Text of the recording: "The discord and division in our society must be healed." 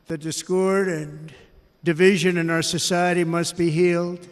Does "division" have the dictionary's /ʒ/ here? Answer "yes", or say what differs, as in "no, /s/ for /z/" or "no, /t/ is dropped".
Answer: yes